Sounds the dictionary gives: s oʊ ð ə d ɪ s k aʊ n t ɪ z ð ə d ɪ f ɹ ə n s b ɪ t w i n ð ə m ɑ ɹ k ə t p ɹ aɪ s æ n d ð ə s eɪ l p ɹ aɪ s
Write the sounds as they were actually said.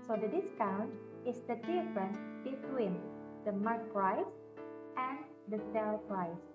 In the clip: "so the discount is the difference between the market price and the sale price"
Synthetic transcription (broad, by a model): s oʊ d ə d ɪ s k aʊ n t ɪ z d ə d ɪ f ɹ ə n b ɪ t w i n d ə m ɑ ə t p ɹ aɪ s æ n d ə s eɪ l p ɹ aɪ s